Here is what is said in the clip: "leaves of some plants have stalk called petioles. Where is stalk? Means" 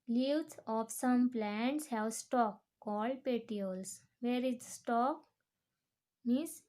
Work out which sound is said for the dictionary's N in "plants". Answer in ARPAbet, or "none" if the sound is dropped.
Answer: N